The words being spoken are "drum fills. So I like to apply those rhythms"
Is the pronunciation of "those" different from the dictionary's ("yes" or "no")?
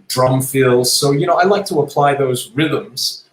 no